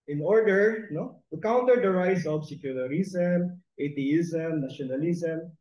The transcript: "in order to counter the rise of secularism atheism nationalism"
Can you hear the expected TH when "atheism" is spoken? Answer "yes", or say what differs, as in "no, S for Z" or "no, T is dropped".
no, T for TH